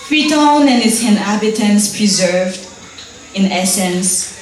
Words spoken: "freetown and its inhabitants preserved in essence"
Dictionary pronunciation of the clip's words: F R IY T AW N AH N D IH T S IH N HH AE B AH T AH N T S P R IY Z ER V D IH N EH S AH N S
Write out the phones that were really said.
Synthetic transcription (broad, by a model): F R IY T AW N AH N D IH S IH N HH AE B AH T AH N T S P R IY Z ER V D IH N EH S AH N S